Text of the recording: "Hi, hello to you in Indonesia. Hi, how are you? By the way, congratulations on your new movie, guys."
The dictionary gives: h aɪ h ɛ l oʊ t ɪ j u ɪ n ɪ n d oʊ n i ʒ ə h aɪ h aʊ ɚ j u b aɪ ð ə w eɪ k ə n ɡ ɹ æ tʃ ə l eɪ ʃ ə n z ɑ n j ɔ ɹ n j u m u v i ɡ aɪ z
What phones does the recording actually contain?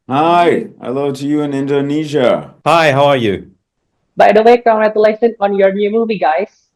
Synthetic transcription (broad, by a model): h aɪ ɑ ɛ l oʊ t ɪ j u ɪ n ɪ n d oʊ n i ʒ ə h aɪ h aʊ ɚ j u b aɪ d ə w eɪ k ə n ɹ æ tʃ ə l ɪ s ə n ɑ n j ɔ ɹ n j u m u v i ɡ aɪ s